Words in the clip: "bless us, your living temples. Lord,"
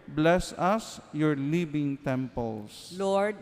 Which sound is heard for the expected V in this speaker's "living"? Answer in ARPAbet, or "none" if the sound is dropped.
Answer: B